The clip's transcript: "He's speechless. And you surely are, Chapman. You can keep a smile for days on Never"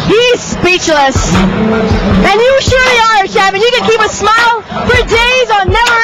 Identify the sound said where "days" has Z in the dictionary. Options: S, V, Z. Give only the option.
Z